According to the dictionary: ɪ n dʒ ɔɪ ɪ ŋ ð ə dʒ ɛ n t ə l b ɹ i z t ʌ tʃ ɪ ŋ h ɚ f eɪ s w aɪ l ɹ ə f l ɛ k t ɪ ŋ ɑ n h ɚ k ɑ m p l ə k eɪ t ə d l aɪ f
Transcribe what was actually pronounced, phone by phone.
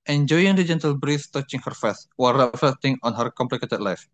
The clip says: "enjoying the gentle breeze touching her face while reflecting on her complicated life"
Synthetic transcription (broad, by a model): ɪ n dʒ ɔɪ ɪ ŋ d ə dʒ ɛ n t ə l b ɹ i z t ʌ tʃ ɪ ŋ h ɚ f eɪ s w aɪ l ɹ ə f l ɛ k t ɪ ŋ ɑ n h ɚ k ɑ m p l ə k eɪ t ə d l aɪ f